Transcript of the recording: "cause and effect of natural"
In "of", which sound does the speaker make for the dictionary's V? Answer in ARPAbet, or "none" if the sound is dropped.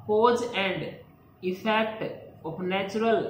P